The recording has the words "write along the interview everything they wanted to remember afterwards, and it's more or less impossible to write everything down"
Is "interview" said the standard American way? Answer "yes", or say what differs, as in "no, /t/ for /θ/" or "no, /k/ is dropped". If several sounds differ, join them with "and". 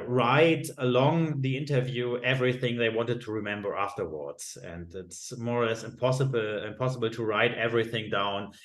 yes